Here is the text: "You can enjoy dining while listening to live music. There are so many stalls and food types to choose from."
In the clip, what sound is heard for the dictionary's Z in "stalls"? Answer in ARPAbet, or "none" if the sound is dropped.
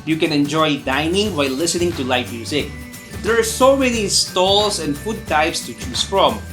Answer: S